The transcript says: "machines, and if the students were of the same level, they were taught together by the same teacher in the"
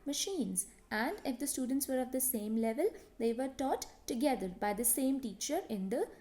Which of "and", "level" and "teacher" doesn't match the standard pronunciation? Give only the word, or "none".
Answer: none